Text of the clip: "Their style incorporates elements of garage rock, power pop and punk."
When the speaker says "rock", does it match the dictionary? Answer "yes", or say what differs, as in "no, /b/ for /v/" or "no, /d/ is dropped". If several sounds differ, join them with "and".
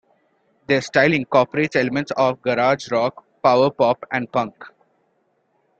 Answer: yes